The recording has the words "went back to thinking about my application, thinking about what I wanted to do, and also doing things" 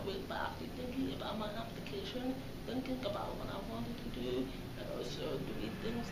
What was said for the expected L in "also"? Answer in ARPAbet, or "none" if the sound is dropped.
none